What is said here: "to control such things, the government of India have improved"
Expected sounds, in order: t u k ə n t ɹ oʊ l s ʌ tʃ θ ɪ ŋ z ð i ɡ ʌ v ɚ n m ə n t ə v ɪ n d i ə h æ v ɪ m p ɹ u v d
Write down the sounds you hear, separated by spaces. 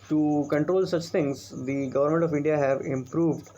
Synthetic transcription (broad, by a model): t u k ə n t ɹ oʊ l s ʌ tʃ t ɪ ŋ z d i ɡ ʌ v ɚ n m ə n t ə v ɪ n d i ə h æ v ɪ m p ɹ u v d